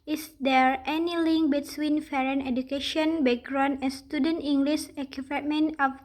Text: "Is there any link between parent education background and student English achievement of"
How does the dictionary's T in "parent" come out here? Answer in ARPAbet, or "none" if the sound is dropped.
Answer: none